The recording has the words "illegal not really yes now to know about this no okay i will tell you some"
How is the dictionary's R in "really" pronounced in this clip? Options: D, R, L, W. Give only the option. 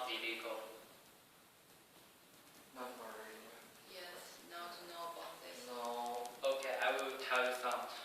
W